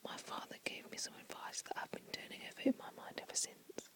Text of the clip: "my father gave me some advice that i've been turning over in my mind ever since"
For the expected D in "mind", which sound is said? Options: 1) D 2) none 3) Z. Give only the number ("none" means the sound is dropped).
1